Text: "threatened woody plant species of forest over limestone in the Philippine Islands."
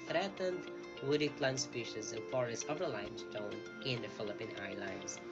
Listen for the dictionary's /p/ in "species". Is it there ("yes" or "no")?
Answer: yes